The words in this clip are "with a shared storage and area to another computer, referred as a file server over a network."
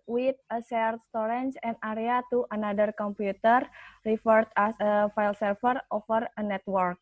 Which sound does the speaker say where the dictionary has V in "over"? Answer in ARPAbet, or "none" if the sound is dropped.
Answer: F